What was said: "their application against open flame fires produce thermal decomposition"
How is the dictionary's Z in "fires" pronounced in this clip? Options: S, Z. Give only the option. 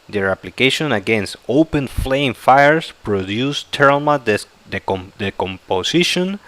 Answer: S